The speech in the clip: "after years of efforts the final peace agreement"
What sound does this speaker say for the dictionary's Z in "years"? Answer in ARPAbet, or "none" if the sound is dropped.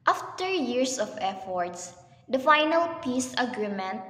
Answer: S